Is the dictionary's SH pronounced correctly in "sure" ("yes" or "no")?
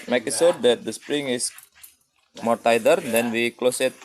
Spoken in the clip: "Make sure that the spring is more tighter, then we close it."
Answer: no